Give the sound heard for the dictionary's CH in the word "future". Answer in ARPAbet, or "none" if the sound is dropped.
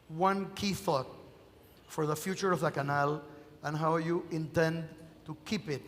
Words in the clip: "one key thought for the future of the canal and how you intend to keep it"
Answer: CH